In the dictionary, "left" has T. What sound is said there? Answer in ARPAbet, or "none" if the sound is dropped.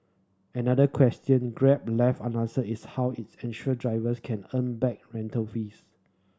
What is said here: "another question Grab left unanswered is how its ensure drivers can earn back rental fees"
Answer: none